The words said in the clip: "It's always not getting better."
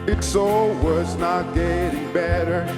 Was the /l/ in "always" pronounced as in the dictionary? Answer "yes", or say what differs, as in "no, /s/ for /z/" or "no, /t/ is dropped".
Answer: no, /l/ is dropped